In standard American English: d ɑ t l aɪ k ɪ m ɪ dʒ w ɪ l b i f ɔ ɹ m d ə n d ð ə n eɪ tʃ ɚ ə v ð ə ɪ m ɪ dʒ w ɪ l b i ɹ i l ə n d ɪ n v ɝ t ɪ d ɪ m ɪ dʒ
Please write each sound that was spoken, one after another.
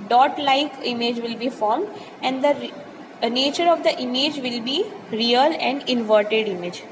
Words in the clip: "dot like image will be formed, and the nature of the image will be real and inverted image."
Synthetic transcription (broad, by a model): d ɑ t l aɪ k ɪ m ɪ dʒ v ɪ l b i f ɔ ɹ m d ə n d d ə n eɪ tʃ ɚ ə v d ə ɪ m ɪ dʒ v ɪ l b i ɹ i l ə n d ɪ n v ɝ t ɪ d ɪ m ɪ dʒ